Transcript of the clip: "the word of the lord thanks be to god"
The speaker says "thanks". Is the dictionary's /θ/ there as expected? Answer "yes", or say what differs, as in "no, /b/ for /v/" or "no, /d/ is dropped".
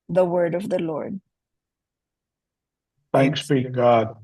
yes